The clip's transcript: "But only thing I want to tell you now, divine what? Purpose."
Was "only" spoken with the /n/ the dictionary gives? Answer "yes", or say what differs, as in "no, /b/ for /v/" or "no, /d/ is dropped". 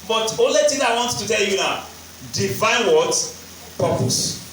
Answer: no, /n/ is dropped